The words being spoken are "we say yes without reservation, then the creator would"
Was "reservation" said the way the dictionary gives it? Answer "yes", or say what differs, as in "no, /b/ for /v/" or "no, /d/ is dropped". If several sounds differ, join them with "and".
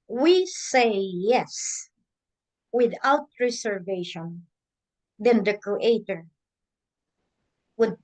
no, /s/ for /z/